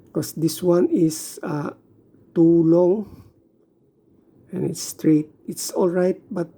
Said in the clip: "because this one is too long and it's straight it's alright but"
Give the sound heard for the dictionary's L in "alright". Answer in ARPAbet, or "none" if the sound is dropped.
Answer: L